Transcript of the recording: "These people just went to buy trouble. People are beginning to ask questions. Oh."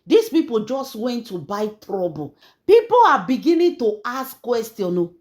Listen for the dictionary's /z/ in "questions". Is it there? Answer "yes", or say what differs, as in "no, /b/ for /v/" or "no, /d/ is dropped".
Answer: no, /z/ is dropped